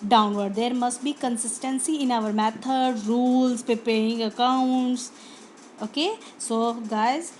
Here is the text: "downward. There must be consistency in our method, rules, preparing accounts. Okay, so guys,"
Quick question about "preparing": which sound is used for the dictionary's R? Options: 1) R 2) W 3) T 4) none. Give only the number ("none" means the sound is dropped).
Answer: 4